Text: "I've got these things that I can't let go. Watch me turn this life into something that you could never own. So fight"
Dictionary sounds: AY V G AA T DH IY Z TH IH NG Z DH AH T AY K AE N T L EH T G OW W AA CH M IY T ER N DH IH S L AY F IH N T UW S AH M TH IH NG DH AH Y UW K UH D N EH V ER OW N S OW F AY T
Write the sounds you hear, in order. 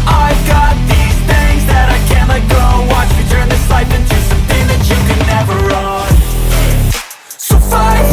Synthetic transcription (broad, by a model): AY V G AA T DH IY Z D IH Z DH AH T AY K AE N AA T G OW W AA CH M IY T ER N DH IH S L AY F IH N T UW S AH M TH IH NG DH AH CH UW K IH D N EH V ER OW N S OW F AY